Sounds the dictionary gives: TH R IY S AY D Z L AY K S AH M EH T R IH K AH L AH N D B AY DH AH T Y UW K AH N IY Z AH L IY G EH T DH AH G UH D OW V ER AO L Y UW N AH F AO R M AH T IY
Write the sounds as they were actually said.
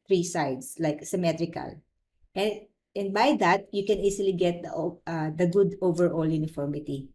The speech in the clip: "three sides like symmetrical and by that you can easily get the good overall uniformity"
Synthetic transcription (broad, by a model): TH R IY S AY D S L AY K S AH M EH T R IH K AH L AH N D B AY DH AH T Y UW K AH N IY S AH L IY G EH T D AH G UH D OW V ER AO L Y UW N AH F AO R M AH T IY